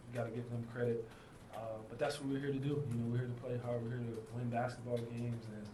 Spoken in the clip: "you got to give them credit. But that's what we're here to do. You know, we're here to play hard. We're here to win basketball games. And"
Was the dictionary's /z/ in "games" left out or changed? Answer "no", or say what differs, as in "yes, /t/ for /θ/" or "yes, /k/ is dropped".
no